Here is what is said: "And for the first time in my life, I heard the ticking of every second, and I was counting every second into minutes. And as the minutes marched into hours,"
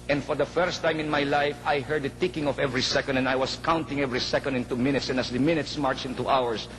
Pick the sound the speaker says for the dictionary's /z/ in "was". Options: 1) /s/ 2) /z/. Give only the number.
1